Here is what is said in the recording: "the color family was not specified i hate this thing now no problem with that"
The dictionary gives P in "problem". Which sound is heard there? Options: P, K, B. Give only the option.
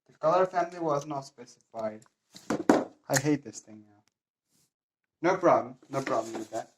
B